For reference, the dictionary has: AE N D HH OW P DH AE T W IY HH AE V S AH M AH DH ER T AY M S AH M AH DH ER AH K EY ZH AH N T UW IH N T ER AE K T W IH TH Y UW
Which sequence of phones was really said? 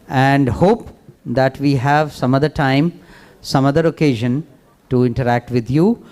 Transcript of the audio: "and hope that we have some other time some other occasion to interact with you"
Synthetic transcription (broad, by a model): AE N D HH OW P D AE T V IY HH AE V S AH M AH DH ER T AY M S AH M AH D ER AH K EY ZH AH N T UW IH N T ER AE K T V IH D Y UW